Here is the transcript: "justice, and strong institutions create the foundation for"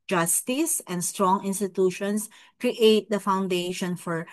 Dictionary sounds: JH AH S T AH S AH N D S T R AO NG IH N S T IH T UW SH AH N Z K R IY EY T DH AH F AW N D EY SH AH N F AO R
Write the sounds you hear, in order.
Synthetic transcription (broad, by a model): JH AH S T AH S AH N D S T R AO NG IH N S T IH T UW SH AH N S K R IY EY T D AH F AW N D EY SH AH N F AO R